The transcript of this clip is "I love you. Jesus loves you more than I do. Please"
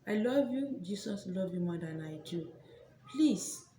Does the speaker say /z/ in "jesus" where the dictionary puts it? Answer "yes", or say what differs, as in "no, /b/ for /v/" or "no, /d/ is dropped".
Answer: no, /s/ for /z/